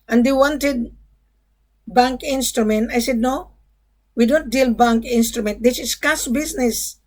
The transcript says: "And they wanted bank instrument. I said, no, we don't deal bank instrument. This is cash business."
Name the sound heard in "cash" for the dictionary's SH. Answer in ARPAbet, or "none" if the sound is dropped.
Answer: S